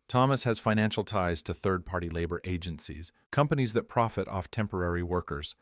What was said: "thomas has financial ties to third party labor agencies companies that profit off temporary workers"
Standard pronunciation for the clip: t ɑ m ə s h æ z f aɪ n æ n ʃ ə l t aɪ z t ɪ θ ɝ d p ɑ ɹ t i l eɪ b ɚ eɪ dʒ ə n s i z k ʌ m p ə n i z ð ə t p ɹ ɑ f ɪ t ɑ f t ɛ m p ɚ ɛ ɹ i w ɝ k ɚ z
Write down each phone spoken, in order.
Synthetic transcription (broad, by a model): t ɑ m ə s h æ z f aɪ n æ n ʃ l t aɪ z t ɪ θ ɝ d p ɑ ɹ t i l eɪ b ɚ eɪ dʒ ə n s i z k ʌ m p ə n i z ð ə t p ɹ ɑ f ɪ t ɑ f t ɛ m p ɚ ɛ ɹ i w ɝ k ɚ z